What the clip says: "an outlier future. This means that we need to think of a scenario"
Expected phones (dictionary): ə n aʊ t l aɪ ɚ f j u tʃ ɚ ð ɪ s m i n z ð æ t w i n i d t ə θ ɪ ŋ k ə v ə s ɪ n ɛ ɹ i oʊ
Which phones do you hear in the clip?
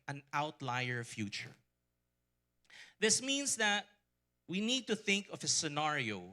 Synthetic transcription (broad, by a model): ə n aʊ t l aɪ ɚ f j u tʃ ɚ ð ɪ s m i n s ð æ t w i n i d t ə θ ɪ ŋ k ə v ə s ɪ n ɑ ɹ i oʊ